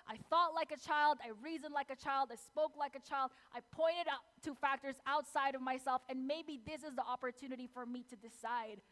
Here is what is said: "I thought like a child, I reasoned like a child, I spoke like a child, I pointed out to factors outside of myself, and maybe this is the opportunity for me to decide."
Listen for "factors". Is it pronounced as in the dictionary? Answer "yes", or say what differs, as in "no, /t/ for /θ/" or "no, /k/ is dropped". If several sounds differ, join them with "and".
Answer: yes